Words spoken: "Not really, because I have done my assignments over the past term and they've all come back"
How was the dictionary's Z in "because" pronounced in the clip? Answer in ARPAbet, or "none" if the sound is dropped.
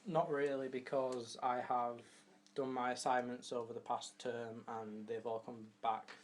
Z